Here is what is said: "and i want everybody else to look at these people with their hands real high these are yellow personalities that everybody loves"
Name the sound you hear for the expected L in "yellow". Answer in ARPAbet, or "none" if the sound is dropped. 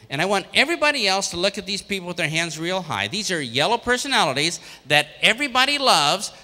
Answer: L